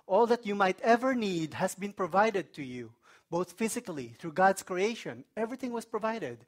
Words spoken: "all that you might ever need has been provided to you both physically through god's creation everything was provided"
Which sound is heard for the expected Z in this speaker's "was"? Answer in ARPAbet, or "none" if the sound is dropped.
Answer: S